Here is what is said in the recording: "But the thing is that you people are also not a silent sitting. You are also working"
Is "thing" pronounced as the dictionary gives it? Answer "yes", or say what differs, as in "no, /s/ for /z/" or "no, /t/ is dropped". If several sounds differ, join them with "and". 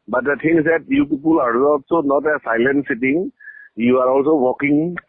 no, /t/ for /θ/